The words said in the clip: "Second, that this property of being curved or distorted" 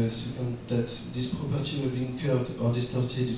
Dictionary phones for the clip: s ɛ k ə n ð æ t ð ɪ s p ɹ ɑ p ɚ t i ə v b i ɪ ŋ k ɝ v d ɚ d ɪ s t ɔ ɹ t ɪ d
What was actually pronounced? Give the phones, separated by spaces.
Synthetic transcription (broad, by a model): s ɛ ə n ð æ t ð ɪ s p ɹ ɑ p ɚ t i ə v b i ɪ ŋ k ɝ d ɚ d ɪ s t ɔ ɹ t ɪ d